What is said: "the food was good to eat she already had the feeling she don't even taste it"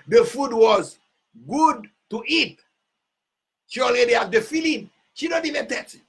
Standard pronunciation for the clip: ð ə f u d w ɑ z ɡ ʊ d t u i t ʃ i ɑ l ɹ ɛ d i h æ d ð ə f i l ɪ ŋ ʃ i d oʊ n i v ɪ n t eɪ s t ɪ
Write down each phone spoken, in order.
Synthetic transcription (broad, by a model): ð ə f u d w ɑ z ɡ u d t u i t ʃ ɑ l i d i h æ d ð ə f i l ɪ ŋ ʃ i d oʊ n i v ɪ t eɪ t